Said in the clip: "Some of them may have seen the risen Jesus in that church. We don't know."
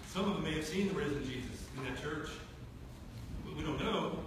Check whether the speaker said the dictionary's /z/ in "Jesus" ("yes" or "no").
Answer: yes